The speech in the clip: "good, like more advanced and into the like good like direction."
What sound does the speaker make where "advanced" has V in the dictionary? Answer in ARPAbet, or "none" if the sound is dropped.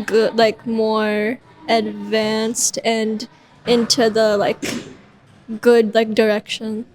V